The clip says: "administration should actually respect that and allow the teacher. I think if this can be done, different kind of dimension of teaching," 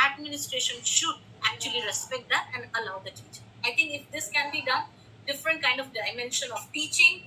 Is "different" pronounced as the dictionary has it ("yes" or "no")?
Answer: yes